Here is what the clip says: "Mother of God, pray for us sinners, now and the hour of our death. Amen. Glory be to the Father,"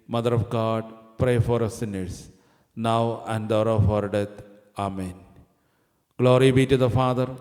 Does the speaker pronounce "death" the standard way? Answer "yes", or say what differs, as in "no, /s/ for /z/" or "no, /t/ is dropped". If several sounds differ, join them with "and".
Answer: no, /t/ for /θ/